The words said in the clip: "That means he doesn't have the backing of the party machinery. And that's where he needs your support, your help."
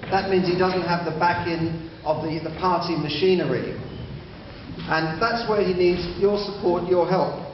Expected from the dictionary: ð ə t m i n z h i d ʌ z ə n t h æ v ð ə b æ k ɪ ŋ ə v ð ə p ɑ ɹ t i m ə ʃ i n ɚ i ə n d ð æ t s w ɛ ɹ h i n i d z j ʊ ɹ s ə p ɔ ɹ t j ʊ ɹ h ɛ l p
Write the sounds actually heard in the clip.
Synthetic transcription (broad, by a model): ð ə t m i n z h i d ʌ z ə n t h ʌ v ð ə b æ k ɪ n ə v ð ə p ɑ ɹ t i m ə ʃ i n ɚ i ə n ð æ t s w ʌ ɹ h i n i d z j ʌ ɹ s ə p ɔ ɹ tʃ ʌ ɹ h ɛ l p